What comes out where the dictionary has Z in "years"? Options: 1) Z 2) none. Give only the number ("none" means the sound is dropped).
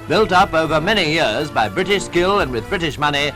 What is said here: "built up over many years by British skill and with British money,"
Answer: 1